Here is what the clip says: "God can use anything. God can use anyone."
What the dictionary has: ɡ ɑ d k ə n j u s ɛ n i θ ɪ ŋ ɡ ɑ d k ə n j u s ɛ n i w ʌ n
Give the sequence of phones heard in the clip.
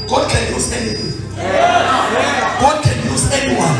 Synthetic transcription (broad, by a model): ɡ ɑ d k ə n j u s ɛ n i t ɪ ɡ ɑ d k ə n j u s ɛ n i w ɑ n